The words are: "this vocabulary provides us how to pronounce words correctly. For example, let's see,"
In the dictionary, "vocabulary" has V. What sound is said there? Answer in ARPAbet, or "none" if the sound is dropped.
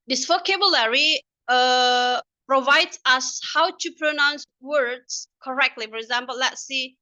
F